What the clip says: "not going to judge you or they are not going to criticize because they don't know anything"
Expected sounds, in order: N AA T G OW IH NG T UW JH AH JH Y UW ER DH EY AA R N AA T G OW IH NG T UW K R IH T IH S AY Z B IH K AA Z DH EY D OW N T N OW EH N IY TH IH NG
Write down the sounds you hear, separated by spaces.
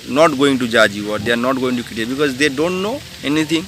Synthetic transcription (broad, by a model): N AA T G OW IH NG T UW JH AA JH Y UW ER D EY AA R N AA T G OW IH NG T UW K IH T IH B IH K AA Z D EY D OW N T N OW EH N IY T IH NG